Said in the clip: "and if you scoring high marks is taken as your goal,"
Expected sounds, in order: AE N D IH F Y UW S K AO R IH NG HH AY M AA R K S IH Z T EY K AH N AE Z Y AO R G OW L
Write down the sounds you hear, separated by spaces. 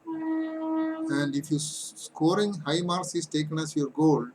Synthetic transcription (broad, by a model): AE N D IH F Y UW S K AO R IH NG HH AY M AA R S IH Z T EY K AH N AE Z Y AO R G OW L